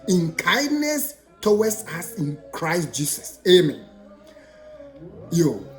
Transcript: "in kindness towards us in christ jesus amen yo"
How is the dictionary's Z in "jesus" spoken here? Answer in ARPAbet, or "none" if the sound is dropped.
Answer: S